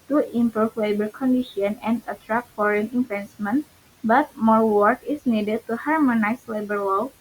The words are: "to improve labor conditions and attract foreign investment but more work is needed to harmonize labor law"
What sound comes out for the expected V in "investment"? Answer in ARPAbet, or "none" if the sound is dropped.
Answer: F